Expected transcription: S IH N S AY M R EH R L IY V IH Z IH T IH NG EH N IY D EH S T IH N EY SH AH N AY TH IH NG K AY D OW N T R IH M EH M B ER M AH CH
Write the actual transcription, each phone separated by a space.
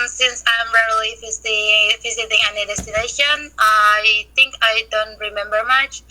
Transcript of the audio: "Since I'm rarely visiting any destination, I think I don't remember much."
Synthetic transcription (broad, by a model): S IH N S AY M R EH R L IY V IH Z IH T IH NG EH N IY D EH S T IH N EY SH AH N AY TH IH NG K AY D OW N T R IH M EH M B ER M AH CH